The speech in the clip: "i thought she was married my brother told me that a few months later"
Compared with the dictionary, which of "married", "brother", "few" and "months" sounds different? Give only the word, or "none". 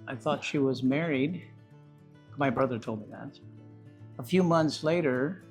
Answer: none